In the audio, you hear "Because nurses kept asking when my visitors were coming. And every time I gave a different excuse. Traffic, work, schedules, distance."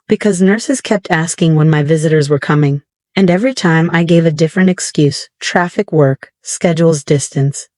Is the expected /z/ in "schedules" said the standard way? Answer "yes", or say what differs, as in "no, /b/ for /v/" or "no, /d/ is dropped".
yes